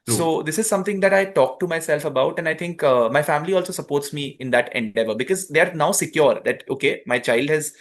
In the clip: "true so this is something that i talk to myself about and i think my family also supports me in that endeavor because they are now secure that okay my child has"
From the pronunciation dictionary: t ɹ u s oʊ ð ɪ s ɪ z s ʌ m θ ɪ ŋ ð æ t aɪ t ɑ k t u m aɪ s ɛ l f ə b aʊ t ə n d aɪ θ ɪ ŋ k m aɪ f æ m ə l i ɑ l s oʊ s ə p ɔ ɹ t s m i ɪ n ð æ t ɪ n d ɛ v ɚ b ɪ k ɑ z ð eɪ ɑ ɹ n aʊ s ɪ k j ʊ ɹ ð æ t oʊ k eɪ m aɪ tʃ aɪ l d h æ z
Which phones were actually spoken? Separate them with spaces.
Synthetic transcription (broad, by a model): s oʊ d ɪ s ɪ z s ʌ m t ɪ ŋ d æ t aɪ t ɑ k t u m aɪ s ɛ l f ə b aʊ t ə n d aɪ t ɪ ŋ k m aɪ f æ m ə l i ɑ l s oʊ s ə p ɔ ɹ t s m i ɪ n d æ t ɪ n d ɛ v ɚ b ɪ k ɑ z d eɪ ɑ ɹ n aʊ s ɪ k j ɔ ɹ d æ t oʊ k eɪ m aɪ tʃ aɪ l d h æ z